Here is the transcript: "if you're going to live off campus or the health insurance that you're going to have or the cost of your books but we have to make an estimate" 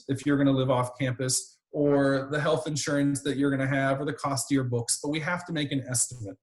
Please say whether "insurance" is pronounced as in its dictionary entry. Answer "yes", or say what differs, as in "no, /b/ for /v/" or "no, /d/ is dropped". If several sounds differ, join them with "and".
yes